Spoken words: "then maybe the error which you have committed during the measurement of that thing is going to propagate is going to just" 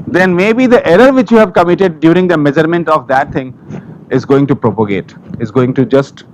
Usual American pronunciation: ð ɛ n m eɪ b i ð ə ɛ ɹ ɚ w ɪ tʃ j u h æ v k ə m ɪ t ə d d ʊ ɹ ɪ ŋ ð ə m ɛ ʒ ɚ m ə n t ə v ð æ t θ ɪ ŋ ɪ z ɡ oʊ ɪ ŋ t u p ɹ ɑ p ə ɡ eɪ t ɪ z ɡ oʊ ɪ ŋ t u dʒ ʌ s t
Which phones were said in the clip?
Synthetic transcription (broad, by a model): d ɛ n m eɪ b i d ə ɛ ɹ ɚ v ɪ tʃ j u h æ v k ə m ɪ t ə d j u ɹ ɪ ŋ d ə m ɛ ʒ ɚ m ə n t ə v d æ t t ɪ ŋ ɪ z ɡ oʊ ɪ ŋ t u p ɹ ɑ p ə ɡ eɪ t ɪ z ɡ oʊ ɪ ŋ t u dʒ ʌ s t